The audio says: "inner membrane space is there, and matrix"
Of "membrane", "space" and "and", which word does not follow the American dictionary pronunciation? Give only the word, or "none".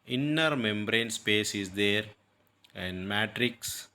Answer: none